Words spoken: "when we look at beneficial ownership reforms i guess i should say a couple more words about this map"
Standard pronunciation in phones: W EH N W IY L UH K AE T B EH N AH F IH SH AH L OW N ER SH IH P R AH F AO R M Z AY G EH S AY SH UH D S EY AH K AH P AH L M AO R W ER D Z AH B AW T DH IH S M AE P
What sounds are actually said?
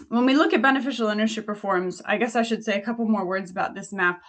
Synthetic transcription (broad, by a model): W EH N W IY L UH K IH T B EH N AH F IH SH L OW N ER SH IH P R F AO R M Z AY G EH S AY SH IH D S EY AH K AH P L M AO R W ER D Z AH B AW T DH IH S M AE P